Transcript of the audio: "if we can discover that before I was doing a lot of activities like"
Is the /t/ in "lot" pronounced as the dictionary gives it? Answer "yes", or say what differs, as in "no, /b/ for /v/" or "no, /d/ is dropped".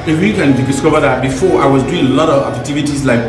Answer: yes